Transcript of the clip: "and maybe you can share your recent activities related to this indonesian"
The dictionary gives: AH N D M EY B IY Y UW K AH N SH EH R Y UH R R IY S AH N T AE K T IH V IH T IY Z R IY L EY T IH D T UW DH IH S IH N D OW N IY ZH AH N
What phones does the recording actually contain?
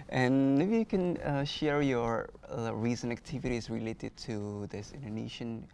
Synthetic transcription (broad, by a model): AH N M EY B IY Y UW K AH N SH EH R Y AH R R IY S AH N AE K T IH V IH T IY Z R IY L EY T IH D T UW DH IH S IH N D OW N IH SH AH N